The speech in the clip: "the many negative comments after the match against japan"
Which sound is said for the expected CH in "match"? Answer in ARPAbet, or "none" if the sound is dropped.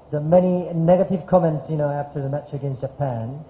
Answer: CH